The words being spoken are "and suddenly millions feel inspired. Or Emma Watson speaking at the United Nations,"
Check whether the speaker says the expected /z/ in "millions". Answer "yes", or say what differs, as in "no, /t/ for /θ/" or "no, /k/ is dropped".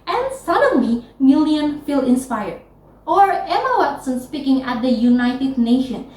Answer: no, /z/ is dropped